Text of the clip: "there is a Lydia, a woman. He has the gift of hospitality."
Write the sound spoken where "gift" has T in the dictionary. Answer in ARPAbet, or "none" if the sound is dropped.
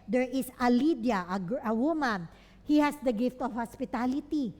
T